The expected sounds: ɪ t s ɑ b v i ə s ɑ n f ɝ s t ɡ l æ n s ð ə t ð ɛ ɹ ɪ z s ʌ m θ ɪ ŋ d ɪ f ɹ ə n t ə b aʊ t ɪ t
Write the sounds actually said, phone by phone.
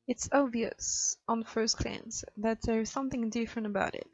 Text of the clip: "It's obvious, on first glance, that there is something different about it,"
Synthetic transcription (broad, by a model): ɪ t s ɑ b v i ə s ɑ n f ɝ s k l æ n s ð ə t ð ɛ ɹ ɪ z s ʌ m θ ɪ ŋ d ɪ f ɹ ə n t ə b aʊ t ɪ t